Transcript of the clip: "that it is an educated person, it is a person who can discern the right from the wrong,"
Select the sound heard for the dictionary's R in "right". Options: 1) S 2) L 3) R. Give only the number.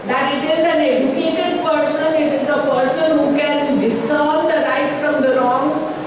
2